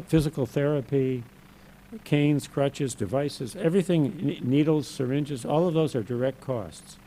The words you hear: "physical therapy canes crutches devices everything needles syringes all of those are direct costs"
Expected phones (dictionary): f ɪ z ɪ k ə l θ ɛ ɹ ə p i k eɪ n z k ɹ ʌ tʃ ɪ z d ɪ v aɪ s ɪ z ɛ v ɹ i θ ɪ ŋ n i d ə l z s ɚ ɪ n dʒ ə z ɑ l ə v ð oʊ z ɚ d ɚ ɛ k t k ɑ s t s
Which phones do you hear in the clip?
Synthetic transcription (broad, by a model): f ɪ z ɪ k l θ ɛ ɹ ə p i k eɪ n z k ɹ ʌ tʃ ɪ z d ɪ v aɪ s ɪ z ɛ v ɹ i θ ɪ ŋ n i d l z s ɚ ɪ n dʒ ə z ɑ l ə v ð oʊ z ɚ d ɚ ɛ k t k ɑ s t s